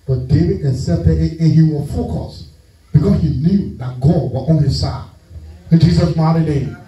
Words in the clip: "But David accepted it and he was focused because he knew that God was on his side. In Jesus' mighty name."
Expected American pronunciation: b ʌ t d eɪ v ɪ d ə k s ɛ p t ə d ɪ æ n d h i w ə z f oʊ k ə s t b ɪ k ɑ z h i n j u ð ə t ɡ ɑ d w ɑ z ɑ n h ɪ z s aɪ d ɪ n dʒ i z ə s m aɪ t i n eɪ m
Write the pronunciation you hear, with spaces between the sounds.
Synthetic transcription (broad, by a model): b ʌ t d eɪ v ɪ d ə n s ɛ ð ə ɪ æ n h i w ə f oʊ k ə s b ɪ k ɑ s h i n j u ð ə t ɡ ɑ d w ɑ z ɑ n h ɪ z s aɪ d ɪ n dʒ i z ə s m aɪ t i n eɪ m